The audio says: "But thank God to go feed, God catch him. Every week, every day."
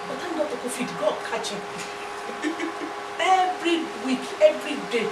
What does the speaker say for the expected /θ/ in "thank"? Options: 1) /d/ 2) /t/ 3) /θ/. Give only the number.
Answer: 2